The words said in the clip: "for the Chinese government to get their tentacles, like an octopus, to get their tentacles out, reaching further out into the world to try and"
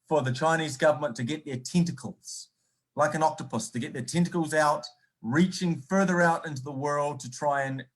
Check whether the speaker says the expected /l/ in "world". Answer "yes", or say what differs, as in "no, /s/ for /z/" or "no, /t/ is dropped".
yes